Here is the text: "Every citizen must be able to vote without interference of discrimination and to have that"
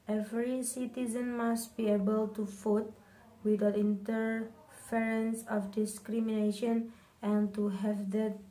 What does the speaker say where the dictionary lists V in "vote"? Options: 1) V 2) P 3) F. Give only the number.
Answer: 3